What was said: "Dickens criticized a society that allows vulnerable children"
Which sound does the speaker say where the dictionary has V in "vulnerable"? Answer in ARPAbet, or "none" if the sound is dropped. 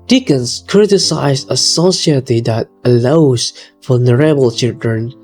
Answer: F